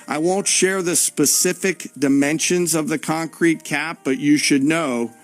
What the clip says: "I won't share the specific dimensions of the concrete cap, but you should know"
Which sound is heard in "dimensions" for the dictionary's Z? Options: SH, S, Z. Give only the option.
Z